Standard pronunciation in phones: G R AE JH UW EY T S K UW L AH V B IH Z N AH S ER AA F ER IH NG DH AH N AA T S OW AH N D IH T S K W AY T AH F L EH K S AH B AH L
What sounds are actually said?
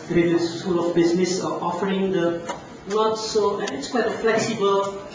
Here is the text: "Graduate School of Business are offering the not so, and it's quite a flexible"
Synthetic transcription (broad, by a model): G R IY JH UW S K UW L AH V B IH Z N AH S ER AA F ER IH NG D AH L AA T S OW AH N IH T S K W AY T AH F L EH K S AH B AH L